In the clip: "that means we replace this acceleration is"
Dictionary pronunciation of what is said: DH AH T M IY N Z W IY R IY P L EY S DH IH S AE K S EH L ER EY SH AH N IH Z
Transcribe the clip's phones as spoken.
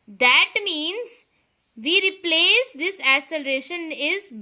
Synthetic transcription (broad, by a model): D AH T M IY N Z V IY R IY P L EY S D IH S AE S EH L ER EY SH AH N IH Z